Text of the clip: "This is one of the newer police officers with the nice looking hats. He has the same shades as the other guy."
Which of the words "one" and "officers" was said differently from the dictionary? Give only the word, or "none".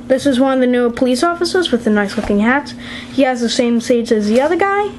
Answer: none